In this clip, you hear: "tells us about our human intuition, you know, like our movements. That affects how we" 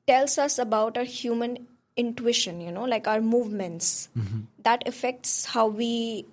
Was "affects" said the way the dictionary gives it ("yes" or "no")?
yes